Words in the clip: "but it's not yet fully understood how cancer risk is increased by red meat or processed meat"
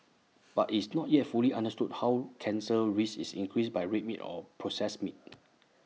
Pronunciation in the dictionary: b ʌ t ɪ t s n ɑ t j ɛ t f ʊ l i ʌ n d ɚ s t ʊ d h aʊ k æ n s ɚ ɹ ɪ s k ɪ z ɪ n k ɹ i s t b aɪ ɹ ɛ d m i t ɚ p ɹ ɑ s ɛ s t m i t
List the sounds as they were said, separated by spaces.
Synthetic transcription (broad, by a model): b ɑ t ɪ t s n ɑ t j ɛ t f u l i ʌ n d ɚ s t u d h aʊ k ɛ n s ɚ ɹ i s ɪ s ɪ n k ɹ i s b aɪ ɹ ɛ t m i t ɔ p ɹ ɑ s ɛ s m i t